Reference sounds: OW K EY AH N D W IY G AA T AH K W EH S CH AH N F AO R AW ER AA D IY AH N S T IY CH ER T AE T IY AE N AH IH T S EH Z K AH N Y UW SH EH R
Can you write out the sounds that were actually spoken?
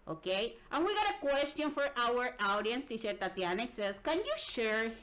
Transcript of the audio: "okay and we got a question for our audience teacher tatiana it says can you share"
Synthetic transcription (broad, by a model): OW K EY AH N W IY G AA T AH K W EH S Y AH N F AO R AW ER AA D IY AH N S T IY SH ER T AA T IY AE N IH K S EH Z K AH N Y UW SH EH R